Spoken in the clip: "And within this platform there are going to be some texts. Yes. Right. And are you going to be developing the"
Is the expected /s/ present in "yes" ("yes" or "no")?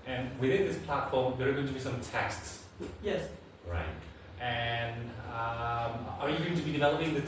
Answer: yes